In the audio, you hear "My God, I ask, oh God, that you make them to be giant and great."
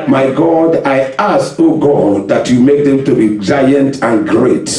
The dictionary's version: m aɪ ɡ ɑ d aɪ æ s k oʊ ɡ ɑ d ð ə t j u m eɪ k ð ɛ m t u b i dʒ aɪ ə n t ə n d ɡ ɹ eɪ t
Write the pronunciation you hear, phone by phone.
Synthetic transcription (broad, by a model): m aɪ ɡ ɑ d aɪ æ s oʊ ɡ ɑ d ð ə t j u m eɪ k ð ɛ m t u b i dʒ aɪ ə n t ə n ɡ ɹ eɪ t